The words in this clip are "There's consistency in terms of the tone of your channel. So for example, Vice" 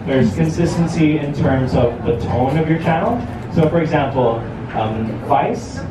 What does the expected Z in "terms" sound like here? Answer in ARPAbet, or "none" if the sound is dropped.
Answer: Z